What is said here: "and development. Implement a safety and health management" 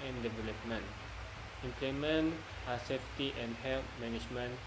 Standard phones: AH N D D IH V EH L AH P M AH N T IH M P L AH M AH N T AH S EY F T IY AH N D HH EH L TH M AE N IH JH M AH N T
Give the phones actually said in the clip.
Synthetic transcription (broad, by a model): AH N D D IH V EH L AH P M AH N T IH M P L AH M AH N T AH S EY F T IY AH N D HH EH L M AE N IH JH M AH N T